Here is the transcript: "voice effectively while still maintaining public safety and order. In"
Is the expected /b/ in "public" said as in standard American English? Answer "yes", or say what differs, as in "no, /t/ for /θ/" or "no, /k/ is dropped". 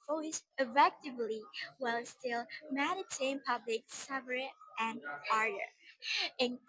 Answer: yes